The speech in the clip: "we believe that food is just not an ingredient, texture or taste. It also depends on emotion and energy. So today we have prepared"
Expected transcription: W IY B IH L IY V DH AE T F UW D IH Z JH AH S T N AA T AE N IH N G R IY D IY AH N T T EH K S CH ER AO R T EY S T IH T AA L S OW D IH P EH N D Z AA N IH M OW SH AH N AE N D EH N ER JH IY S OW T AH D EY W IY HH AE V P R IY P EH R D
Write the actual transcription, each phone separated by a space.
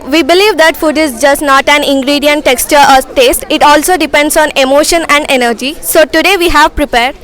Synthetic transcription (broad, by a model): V IY B IH L IY V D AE T F UW D IH Z JH AH S T N AA T AE N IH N G R IY D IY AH N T T EH K S CH ER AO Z T EY S T IH T AA L S OW D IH P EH N D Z AA N IH M OW SH AH N AE N D EH N ER JH IY S OW T AH D EY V IY HH AE V P R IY P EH R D